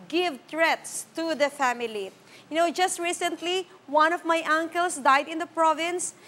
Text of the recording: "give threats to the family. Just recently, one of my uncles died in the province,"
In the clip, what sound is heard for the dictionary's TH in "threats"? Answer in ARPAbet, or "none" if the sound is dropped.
T